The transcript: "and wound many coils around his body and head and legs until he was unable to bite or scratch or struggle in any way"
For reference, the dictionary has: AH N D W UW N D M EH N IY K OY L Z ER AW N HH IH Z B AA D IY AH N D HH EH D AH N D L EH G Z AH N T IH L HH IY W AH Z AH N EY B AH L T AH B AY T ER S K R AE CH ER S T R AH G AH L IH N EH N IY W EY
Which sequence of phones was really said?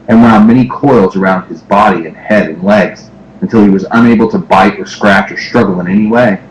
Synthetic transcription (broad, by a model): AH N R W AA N M EH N IY K OY L Z ER AW N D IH Z B AA D IY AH N HH EH D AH N L EH G Z AH N T IH L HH IY W AH Z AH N EY B L T AH B AY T ER S K R AE CH ER S T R AH G L IH N EH N IY W EY